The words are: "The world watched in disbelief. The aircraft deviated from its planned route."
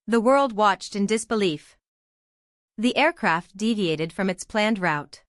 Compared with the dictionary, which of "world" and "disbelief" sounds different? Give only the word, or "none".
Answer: none